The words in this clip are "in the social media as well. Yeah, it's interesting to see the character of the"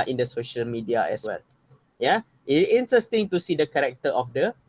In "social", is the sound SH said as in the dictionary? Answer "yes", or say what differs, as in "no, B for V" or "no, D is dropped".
yes